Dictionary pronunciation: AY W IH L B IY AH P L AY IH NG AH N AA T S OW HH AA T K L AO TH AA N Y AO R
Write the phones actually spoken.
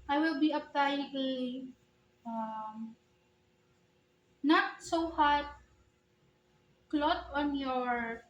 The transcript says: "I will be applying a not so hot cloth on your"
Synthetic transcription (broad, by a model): AY W IH L B IY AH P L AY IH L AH N AA T S OW HH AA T K L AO T AA N Y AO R